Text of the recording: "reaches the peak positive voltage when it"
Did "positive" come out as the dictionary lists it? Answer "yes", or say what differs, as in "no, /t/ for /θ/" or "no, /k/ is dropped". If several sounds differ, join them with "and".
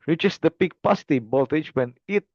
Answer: no, /s/ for /z/